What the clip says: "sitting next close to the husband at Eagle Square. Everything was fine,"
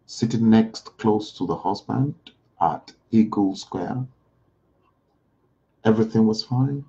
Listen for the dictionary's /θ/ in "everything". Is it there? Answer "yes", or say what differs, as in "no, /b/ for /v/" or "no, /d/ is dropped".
yes